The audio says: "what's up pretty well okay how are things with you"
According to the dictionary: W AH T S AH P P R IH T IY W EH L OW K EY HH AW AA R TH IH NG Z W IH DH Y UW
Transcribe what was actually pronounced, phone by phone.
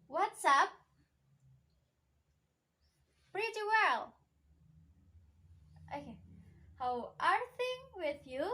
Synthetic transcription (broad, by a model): W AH T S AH P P R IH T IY W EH L OW K EY HH AW AA R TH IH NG W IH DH Y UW